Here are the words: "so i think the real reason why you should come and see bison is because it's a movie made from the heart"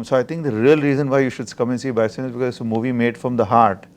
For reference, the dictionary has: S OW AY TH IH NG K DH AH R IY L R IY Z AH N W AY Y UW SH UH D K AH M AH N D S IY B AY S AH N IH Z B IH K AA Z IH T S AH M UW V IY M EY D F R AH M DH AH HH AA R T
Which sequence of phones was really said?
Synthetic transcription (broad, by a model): S OW AY T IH NG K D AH R IY L R IY Z AH N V AY Y UW SH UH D K AH M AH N S IY B AY S AH N IH Z B IH K AA Z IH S AH M UW V IY M EY D F R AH M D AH HH AA R T